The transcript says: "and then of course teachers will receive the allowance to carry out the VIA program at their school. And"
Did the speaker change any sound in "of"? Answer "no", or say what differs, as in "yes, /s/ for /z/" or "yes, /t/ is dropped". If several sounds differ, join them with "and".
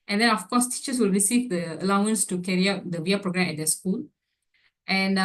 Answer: yes, /f/ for /v/